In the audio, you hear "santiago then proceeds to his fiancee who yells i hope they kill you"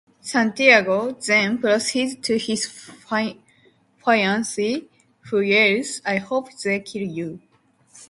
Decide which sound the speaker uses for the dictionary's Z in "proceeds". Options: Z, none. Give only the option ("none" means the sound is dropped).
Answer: none